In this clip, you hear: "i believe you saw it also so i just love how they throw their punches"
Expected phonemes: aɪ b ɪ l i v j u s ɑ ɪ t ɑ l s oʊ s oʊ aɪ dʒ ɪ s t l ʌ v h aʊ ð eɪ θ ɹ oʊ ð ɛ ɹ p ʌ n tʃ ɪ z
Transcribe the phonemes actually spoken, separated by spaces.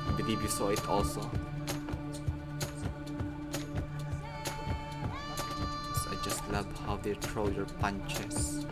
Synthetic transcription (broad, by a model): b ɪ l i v j u s ɑ ɪ t ɑ l s oʊ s aɪ dʒ ɪ s t l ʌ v h aʊ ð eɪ t ɹ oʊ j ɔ ɹ p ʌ n tʃ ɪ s